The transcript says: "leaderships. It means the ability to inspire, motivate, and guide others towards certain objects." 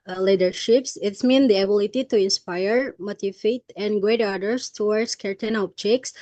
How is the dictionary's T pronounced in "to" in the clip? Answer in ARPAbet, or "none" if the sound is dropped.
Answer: T